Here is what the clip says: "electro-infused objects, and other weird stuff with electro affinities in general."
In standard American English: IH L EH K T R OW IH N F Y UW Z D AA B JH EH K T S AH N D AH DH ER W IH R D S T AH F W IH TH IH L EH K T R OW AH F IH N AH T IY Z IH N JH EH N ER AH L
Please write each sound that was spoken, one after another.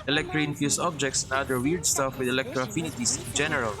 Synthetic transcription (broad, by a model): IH L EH K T R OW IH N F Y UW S AA B JH EH K T S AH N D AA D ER W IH R D S T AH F W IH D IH L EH K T R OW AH F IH N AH T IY S IH N JH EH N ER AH L